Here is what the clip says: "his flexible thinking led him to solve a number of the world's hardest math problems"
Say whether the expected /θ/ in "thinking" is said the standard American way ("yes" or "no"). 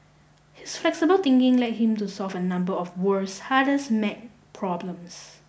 no